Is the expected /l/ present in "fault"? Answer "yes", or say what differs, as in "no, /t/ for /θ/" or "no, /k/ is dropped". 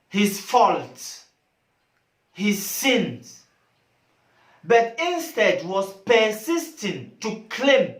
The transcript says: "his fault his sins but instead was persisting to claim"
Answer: yes